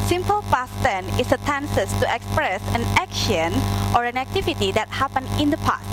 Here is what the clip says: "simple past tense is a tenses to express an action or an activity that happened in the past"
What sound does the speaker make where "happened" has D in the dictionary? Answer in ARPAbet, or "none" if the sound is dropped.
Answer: none